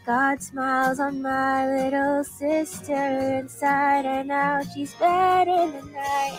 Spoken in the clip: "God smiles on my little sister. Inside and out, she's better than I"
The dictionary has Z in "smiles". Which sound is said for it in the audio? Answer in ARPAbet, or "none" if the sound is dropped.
Z